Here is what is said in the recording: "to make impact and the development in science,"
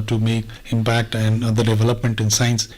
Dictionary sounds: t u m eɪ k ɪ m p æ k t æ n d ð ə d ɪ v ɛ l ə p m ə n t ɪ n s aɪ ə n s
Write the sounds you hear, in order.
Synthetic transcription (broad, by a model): t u m eɪ k ɪ m p æ k t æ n d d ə d ɪ v ɛ l ə p m ə n t ɪ n s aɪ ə n s